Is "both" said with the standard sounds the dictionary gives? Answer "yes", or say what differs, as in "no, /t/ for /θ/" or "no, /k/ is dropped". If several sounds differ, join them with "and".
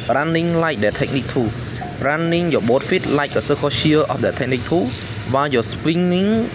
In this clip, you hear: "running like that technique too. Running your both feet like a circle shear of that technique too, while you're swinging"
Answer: no, /t/ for /θ/